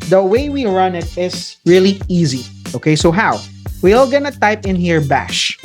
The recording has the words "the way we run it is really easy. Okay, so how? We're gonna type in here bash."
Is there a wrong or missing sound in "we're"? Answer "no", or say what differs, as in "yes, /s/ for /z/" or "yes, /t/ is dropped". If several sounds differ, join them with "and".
yes, /l/ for /ɹ/